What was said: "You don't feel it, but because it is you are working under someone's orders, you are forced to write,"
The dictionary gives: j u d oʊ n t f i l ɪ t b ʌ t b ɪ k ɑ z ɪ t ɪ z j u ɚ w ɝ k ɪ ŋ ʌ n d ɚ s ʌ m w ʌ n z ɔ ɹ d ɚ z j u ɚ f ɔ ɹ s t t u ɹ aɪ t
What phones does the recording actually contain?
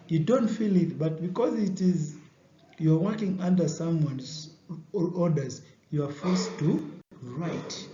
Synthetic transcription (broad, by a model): j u d oʊ n t f i l ɪ t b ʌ t b ɪ k ɑ z ɪ t ɪ z j u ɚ w ɝ k ɪ ŋ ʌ n d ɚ s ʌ m w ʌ n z ɔ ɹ d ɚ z j u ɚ f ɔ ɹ s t t u ɹ aɪ t